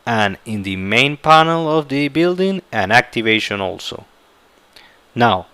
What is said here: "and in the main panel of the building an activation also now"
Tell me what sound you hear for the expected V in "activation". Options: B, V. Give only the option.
V